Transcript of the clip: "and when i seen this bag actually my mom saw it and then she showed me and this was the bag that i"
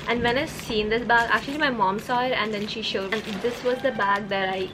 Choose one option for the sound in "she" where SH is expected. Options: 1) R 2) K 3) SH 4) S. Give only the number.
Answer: 3